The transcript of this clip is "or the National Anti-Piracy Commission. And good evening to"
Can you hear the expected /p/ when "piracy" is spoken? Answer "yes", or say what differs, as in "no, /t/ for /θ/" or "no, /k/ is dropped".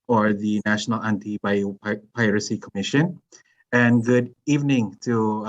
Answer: yes